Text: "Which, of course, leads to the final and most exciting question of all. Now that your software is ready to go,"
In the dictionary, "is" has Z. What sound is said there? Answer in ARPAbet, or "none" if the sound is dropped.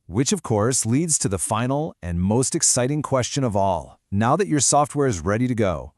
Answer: Z